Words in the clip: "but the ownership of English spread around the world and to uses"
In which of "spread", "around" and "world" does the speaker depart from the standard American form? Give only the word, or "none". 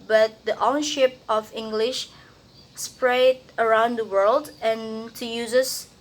none